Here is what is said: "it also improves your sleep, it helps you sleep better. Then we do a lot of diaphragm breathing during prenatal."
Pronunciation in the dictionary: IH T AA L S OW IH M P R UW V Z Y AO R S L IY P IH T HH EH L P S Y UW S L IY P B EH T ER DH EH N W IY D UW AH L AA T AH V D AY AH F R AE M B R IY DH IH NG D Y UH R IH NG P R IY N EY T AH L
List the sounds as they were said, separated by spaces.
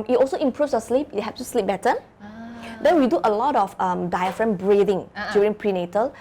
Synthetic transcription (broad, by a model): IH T AA L S OW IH M P R UW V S Y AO S L IY P IH T HH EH P S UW S L IY P B EH T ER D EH N W IY D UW AH L AA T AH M D AY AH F R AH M B R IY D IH NG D Y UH R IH NG P R IY N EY T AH L